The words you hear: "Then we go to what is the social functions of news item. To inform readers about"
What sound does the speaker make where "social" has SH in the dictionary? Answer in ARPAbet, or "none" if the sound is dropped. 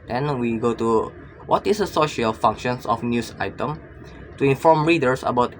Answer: SH